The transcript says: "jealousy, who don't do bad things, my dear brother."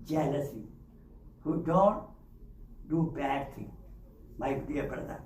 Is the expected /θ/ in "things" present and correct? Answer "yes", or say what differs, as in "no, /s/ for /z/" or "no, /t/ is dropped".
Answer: no, /t/ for /θ/